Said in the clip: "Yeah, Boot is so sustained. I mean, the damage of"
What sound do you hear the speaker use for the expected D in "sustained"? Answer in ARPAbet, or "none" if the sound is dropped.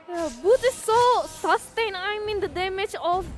none